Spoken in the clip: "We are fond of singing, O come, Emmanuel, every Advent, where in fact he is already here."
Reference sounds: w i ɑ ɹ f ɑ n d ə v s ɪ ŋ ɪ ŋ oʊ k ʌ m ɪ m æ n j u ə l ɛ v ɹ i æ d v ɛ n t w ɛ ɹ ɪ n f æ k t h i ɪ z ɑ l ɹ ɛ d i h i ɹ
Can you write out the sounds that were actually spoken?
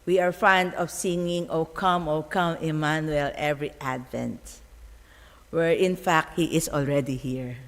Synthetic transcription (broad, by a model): w i ɑ ɹ f ɑ n d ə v s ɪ ŋ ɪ ŋ oʊ k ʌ m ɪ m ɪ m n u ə l ɛ v ɹ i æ d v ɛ n t w ɛ ɹ ɪ n f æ k t h i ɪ s ɑ l ɹ ɛ d i h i ɹ